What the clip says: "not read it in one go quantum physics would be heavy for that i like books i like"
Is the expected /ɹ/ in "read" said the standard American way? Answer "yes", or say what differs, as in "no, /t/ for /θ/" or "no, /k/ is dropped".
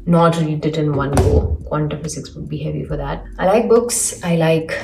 no, /l/ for /ɹ/